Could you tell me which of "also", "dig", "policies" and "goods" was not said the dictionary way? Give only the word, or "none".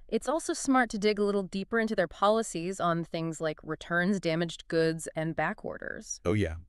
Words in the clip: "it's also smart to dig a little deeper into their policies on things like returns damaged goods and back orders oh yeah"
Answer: none